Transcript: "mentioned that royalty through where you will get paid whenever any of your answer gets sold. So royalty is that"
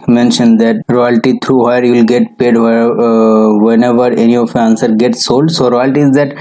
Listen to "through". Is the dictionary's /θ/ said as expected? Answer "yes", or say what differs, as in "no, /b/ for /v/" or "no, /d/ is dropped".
no, /t/ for /θ/